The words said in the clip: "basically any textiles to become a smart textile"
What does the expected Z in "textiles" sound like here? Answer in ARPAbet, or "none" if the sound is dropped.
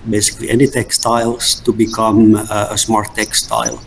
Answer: S